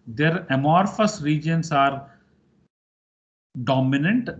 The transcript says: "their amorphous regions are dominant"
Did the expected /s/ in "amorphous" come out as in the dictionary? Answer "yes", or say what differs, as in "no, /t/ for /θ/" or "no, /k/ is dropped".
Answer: yes